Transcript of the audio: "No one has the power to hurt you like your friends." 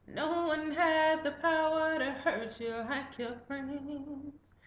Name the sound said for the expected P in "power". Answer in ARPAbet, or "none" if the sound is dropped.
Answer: P